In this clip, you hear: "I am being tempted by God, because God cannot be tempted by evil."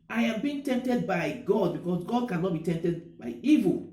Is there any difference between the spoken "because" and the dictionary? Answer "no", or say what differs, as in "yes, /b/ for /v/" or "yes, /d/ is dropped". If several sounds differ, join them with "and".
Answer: yes, /s/ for /z/